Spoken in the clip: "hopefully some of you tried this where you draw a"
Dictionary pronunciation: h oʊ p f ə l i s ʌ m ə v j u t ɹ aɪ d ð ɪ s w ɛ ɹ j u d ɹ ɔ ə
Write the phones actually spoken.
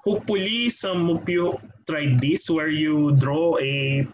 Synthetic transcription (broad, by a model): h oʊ p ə l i s ʌ m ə p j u t ɹ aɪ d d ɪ s w ɛ ɹ j u d ɹ ɔ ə